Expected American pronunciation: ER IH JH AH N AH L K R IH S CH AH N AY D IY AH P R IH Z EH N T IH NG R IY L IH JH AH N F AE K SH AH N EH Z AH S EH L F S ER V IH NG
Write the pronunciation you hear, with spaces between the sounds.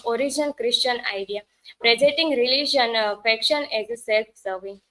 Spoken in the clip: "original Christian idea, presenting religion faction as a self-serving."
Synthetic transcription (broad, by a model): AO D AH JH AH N K R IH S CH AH N AY D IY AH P R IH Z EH T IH NG R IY L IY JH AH N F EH K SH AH N EH Z S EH L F S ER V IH NG